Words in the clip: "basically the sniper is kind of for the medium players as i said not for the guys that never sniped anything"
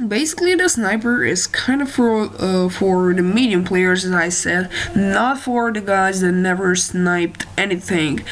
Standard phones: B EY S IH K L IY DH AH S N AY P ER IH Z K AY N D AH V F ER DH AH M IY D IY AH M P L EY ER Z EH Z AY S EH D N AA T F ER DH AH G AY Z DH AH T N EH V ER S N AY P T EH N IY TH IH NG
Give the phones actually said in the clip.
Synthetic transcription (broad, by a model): B EY S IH K L IY DH AH S N AY P ER IH Z K AY N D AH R F ER DH AH M IY D IY AH M P L EY ER Z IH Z AY S EH D N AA T F ER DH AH G AY Z DH AH T N EH V ER S N AY P T EH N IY TH IH NG